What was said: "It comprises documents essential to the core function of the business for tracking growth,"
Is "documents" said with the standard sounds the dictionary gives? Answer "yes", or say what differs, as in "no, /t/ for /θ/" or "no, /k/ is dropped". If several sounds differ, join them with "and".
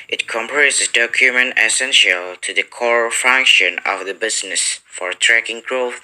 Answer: no, /s/ is dropped